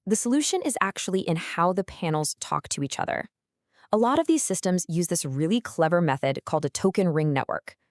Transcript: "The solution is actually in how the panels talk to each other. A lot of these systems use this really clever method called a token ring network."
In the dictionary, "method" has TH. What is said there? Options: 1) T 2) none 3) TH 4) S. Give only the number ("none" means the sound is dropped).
3